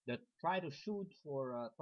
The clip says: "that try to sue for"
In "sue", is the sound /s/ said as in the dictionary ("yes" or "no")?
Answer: no